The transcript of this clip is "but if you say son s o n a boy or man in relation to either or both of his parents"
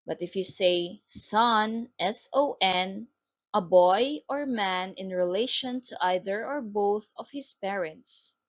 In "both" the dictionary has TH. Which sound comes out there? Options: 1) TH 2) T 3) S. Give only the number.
1